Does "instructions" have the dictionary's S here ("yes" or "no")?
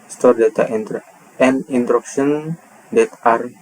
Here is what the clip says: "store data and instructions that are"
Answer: no